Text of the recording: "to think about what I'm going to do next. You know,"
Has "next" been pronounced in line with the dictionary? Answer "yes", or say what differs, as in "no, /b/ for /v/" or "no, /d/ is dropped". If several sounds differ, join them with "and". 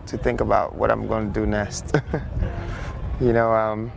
no, /k/ is dropped